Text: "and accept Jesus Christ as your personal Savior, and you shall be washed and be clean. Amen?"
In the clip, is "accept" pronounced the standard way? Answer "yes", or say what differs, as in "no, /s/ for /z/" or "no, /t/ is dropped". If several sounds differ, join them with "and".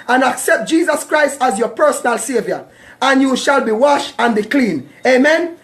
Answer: yes